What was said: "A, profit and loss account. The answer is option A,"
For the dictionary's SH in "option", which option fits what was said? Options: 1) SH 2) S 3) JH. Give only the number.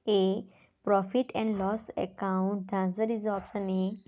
2